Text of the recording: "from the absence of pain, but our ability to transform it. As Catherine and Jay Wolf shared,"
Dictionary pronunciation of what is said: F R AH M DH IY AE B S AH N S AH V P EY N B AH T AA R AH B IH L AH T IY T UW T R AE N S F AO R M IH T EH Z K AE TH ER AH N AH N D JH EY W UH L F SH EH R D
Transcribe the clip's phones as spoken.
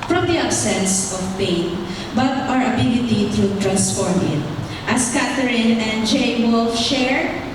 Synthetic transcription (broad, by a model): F R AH M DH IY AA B S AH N S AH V P EY N B AH T AA R AH B IH L AH T IY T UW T R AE N S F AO R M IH T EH S K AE T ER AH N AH N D JH EY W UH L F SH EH R